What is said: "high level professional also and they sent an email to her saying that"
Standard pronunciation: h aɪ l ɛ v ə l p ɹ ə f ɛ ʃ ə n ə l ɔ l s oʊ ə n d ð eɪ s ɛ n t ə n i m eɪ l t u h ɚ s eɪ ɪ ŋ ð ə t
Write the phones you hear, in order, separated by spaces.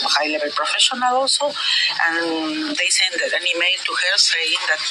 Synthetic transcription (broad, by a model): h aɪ l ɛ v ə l p ɹ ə f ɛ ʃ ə n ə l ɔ s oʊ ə n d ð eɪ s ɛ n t ə n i m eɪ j t u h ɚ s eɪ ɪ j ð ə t